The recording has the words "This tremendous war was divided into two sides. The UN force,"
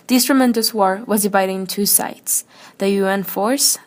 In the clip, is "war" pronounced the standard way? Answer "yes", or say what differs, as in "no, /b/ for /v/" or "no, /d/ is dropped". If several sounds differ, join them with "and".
yes